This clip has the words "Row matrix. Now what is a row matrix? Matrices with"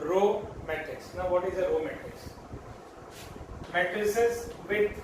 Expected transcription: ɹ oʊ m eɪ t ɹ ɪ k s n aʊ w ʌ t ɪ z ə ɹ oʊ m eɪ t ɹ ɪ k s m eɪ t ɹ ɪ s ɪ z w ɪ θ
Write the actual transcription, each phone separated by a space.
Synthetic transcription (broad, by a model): ɹ oʊ m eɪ t ɹ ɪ k s n aʊ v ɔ t ɪ z ə ɹ oʊ m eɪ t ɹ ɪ k s m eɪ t ɪ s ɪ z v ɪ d